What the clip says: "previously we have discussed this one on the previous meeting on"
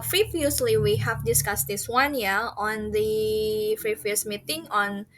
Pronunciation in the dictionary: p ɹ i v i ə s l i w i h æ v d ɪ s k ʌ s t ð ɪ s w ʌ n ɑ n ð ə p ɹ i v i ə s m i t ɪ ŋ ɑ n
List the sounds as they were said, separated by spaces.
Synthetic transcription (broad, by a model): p ɹ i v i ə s l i w i h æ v d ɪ s k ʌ s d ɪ s w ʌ n ɑ n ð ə f ɹ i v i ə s m i t ɪ ŋ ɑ n